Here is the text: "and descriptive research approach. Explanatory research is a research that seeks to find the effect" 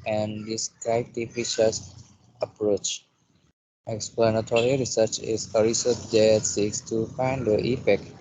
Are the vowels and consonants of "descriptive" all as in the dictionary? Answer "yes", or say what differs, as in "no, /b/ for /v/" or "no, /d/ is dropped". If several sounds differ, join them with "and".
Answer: no, /ɹ/ is dropped